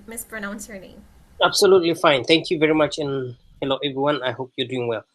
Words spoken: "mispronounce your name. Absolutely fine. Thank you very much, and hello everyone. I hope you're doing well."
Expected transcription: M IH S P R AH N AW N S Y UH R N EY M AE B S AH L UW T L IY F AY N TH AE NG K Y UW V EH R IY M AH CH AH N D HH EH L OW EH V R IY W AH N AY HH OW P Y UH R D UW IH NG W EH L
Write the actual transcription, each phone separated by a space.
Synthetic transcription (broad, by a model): M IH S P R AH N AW N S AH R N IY AA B S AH L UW T L IY F AY N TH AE NG K Y UW V EH R IY M AH CH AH N HH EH L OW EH V R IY W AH N AY HH OW P Y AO D UW IH NG W EH L